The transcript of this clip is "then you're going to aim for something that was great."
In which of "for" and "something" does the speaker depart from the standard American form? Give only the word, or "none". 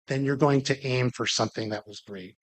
none